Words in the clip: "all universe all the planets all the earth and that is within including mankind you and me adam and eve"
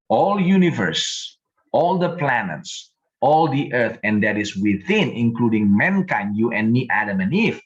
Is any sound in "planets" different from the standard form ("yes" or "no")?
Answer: no